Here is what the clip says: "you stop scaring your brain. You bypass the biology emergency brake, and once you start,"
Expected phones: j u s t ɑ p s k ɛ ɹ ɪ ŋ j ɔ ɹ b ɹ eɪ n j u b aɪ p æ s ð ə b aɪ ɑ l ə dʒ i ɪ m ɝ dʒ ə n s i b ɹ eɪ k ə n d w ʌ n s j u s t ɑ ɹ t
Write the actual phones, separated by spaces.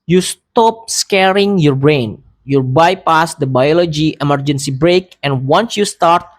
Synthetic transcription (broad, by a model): j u s t ɑ p s k ɛ ɹ ɪ ŋ j ɔ ɹ b ɹ eɪ n j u b aɪ p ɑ s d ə b aɪ ɑ l ə dʒ i ɪ m ɝ dʒ ə n s i b ɹ eɪ k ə n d w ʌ n s j u s t ɑ ɹ t